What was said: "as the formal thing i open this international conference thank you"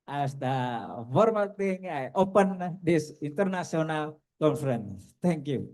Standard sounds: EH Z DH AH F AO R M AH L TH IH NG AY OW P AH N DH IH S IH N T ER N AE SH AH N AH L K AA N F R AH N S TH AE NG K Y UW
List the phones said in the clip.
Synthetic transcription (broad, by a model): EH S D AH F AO R M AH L T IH NG AY OW P AH N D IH S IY N T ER N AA S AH N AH L K AA N F R AH N S T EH NG K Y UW